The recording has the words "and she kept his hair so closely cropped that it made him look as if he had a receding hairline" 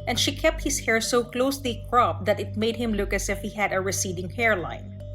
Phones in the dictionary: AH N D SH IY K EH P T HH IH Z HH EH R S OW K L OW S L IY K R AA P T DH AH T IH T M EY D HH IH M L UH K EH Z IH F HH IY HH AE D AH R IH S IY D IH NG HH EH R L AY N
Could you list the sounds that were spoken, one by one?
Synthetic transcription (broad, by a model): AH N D SH IY K EH P T HH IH S HH EH R S OW K L OW S L IY K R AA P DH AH T IH T M EY D HH IH M L UH K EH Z IH F HH IY HH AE D AH R IH S IY D IH NG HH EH R L AY N